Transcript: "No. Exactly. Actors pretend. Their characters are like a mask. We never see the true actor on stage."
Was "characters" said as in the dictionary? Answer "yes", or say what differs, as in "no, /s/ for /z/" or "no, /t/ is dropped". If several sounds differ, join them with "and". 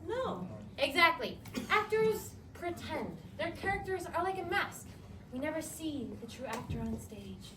yes